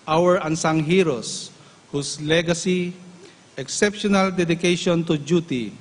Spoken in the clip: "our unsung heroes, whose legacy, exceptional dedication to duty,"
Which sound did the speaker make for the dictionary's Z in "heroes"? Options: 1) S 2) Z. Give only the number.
1